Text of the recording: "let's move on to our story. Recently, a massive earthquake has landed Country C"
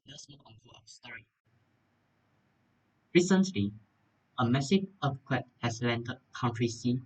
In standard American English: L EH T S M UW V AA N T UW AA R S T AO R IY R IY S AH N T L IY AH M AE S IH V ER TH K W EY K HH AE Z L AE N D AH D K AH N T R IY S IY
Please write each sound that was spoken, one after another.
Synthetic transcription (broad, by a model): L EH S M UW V AA N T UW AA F S T AO R IY R IY S AH N T L IY AH M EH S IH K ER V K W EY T HH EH S L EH N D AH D K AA N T R IY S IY